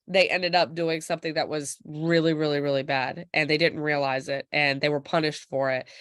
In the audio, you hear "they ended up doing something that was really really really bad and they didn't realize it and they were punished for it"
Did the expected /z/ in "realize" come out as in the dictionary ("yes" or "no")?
yes